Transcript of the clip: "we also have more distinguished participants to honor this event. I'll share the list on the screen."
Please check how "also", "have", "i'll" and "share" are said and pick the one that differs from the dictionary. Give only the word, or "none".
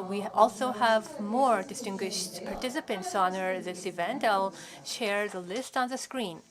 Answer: none